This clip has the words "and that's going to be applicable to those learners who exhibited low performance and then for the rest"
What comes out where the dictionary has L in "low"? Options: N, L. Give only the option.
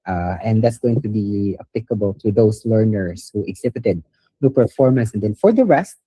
N